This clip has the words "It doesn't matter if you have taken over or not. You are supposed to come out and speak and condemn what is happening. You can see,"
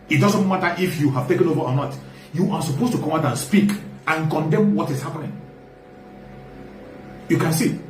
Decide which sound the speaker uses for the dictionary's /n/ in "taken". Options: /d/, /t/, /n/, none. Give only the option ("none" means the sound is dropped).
/n/